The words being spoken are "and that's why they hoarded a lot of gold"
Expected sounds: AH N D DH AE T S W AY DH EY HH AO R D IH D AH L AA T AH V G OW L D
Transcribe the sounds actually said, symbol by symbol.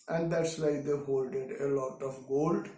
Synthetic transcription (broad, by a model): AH N D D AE T S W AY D EY HH AO L D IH D AH L AA T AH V G OW L D